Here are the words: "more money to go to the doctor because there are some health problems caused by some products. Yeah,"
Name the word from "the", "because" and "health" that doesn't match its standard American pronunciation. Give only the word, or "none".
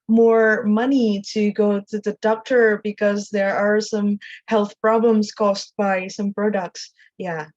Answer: none